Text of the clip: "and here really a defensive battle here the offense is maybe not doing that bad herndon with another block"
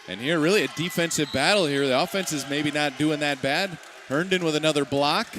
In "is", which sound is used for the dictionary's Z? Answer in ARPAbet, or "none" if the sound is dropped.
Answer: Z